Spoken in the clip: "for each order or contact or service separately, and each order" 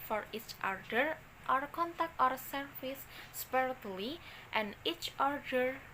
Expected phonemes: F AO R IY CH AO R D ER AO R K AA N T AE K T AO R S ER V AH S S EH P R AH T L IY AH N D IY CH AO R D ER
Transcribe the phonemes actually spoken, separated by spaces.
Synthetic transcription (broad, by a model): F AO R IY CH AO R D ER AO R K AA N T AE K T AO R S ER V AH S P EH R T L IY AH N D IY CH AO R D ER